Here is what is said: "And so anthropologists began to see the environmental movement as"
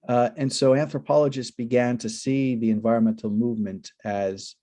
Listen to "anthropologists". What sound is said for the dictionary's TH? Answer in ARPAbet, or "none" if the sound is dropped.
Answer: TH